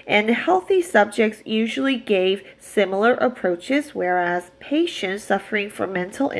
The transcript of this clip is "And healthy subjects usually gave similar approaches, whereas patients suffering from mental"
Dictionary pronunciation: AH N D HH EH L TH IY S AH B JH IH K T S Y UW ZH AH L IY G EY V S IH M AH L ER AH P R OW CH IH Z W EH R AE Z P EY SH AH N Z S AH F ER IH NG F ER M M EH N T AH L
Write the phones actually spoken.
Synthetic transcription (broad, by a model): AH N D HH EH L TH IY S AH B JH IH K T S Y UW ZH L IY G EY V S IH M L ER AH P R OW CH IH Z W EH R AE Z P EY SH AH N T S AH F ER IH NG F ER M M EH N T L